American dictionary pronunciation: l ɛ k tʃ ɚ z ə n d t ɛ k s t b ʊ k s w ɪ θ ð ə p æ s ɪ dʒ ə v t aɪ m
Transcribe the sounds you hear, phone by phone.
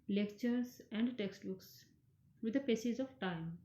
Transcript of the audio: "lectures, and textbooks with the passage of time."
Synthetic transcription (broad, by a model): l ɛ k tʃ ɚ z ə n d t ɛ k s t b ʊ k s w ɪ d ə p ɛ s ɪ z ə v t aɪ m